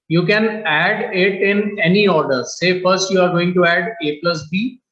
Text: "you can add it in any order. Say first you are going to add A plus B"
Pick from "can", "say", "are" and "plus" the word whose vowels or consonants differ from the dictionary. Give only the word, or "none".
none